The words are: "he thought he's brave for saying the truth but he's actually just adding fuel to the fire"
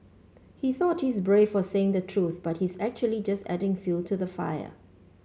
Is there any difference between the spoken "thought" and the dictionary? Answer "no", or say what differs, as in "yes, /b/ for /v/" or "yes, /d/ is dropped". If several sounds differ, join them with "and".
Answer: no